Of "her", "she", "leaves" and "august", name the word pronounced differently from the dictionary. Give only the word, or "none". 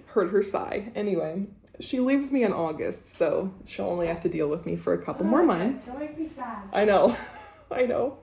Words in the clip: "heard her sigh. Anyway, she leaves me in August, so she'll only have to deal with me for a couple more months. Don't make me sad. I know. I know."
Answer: none